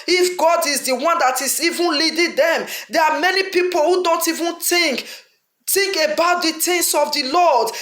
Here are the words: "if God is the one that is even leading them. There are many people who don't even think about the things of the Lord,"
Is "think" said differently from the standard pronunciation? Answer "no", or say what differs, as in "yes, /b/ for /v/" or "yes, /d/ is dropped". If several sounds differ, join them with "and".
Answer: yes, /t/ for /θ/